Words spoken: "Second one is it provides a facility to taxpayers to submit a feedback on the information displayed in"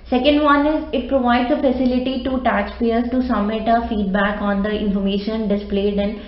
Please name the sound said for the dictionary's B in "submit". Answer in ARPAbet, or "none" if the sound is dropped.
none